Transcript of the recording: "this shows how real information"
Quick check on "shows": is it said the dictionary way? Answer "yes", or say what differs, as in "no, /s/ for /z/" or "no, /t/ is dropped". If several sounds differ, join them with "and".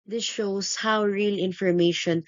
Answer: no, /s/ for /z/